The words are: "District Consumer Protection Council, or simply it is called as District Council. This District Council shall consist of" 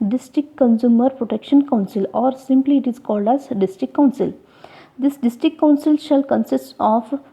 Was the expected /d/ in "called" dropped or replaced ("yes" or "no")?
no